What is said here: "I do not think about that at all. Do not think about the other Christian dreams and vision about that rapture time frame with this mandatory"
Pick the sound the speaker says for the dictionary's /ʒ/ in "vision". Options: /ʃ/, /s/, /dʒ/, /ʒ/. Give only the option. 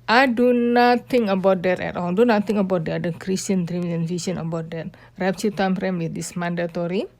/s/